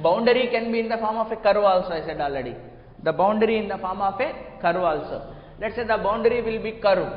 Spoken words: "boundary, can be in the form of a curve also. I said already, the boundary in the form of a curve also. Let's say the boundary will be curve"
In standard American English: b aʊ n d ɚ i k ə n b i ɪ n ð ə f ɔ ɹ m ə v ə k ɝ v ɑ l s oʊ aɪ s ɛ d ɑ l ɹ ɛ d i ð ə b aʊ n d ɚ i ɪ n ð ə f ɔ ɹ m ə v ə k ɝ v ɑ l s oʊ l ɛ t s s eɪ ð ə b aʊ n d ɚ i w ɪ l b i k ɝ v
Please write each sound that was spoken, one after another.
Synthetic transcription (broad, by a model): b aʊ n d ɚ i k ə n b i ɪ n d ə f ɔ ɹ m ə f ə k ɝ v ɑ l s oʊ aɪ s ɛ d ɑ l ʌ d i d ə b aʊ n d ɚ i ɪ n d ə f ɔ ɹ m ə f ə k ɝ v ɑ l s oʊ l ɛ t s s eɪ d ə b aʊ n d ɚ i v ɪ l b i k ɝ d